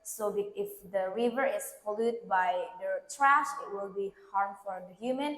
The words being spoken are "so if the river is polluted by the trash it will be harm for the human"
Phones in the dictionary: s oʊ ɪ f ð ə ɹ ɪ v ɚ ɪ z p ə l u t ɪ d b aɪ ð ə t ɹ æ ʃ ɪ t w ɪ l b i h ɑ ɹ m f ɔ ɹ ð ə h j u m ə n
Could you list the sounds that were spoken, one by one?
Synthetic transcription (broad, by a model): s oʊ ɪ f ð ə ɹ ɪ v ɚ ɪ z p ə l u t b aɪ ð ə t ɹ æ ʃ ɪ t w ɪ l b i h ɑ ɹ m f ɔ ɹ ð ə h j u m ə n